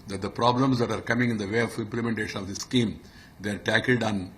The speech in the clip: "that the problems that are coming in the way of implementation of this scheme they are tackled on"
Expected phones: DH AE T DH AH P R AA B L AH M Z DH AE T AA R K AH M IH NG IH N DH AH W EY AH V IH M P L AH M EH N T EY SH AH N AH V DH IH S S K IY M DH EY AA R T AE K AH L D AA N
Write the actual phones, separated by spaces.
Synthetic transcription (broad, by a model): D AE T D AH P R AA B L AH M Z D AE T AA R K AH M IH NG IH N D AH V EY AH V IH M P L AH M EH N T EY SH AH N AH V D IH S S K IY M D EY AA R T AE K AH L D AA N